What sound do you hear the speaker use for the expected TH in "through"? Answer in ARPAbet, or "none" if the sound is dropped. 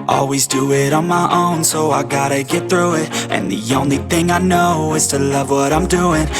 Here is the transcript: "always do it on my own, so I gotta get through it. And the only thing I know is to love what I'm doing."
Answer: TH